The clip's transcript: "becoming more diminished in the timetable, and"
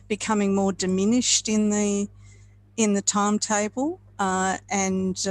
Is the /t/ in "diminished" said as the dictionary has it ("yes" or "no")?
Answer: yes